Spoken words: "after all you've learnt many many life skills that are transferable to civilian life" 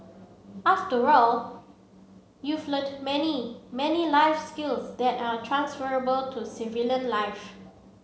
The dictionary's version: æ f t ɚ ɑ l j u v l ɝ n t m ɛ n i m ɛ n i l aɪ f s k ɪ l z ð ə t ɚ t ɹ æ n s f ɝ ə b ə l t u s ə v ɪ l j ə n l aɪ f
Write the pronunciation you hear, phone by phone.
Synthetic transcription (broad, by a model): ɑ f t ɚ ɑ l j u f l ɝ t m ɛ n i m ɛ n i l aɪ f s k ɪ l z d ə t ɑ t ɹ æ n s f ɝ ə b ə l t u s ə v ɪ l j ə n l aɪ f